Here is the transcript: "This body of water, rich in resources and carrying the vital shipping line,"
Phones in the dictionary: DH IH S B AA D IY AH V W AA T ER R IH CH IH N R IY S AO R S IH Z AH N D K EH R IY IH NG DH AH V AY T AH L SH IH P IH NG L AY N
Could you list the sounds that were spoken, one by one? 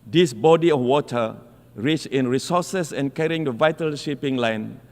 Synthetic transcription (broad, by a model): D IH S B AA D IY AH F W AA T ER R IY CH IH N R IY S AO S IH S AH N K EH R IY IH NG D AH V AY T AH L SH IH P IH NG L AY N